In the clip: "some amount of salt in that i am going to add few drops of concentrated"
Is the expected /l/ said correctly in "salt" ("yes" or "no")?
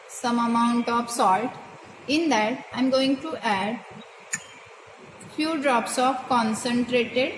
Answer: yes